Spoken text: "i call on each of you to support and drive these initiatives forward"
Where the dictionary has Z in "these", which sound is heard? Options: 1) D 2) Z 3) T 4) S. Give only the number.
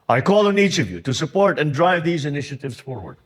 2